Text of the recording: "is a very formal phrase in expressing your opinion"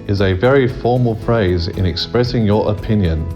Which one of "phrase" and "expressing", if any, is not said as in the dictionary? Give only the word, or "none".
none